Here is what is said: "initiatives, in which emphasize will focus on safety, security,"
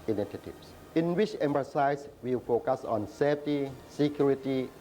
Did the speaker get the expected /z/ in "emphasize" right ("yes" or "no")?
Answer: no